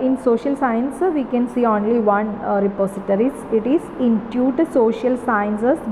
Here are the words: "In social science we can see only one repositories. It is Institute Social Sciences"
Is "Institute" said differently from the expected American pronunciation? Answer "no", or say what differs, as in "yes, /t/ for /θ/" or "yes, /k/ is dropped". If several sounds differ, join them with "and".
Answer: yes, /s/ is dropped